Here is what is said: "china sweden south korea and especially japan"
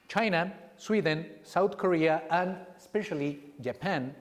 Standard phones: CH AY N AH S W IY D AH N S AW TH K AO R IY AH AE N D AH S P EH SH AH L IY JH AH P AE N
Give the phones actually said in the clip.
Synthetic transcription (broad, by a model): CH AY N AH S W IY D AH N S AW T K AO R IY AH AE N D S P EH SH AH L IY JH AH P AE N